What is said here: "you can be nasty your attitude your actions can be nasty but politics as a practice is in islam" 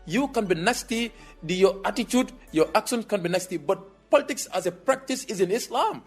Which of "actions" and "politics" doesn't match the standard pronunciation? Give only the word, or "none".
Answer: actions